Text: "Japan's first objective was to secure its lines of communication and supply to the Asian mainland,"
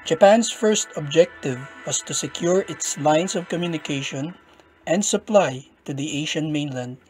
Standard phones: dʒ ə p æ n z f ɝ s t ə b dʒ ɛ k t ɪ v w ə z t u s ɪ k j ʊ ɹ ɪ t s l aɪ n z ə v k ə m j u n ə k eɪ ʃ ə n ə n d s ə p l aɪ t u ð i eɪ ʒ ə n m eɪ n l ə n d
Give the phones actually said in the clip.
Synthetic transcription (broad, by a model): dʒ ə p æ n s f ɝ s t ə b dʒ ɛ k t ɪ v w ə s t u s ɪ k j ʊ ɹ ɪ t s l aɪ n s ə v k ə m j u n ə k eɪ ʃ ə n ə n d s ə p l aɪ t u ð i eɪ ʃ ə n m eɪ n l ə n d